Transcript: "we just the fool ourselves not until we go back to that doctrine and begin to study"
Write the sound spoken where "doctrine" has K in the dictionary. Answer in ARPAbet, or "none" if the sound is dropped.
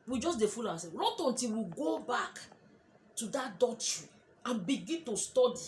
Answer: none